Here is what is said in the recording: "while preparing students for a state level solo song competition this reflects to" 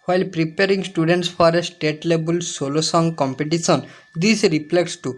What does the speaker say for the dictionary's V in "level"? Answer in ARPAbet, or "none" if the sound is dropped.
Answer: B